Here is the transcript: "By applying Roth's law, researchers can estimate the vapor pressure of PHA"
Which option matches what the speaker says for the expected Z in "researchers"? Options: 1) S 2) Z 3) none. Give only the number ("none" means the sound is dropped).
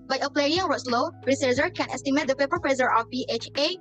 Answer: 3